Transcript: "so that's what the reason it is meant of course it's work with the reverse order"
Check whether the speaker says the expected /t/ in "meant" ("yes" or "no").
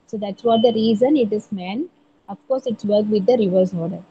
no